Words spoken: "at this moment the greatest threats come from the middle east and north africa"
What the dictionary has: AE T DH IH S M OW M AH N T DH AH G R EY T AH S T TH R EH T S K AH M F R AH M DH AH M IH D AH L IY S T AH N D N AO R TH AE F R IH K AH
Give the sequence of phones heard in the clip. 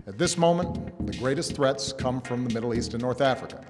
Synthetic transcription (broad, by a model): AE T DH IH S M OW M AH N DH AH G R EY T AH S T TH R EH T S K AH M F R AH M DH AH M IH D L IY S T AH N N AO R TH AE F R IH K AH